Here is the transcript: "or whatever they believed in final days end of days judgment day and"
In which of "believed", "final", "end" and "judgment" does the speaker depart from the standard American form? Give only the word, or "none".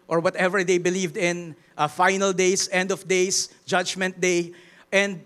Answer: none